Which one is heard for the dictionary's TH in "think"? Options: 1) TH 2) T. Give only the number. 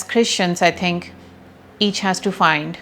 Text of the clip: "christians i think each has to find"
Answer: 2